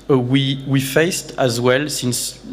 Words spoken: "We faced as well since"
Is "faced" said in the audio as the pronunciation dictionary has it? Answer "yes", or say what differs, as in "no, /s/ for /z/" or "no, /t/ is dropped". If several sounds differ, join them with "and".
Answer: yes